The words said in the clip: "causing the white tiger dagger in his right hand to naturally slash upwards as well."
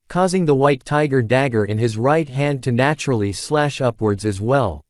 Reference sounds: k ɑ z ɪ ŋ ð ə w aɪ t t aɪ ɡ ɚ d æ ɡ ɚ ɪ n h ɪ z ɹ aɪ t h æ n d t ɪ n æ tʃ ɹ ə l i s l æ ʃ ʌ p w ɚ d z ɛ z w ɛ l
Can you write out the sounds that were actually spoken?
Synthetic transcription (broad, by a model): k ɑ z ɪ ŋ ð ə w aɪ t t aɪ ɡ ɚ d æ ɡ ɚ ɪ n ɪ z ɹ aɪ t h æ n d t ɪ n æ tʃ ɹ l i s l æ ʃ ʌ p w ɚ d z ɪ z w ɛ l